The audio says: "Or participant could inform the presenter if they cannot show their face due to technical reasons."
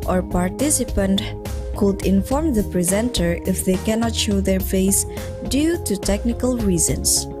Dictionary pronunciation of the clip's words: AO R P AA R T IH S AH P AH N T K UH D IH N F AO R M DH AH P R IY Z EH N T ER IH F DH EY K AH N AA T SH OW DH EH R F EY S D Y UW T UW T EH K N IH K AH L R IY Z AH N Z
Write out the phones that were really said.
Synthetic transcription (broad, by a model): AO R P AA R T IH S AH P AH N T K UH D IH N F AO R M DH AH P R IY Z EH N T ER IH F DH EY K AH N AA T SH OW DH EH R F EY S D Y UW T UW T EH K N IH K AH L R IY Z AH N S